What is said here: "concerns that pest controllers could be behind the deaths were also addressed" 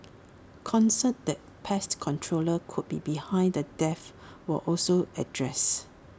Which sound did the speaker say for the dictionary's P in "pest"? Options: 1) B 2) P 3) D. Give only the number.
2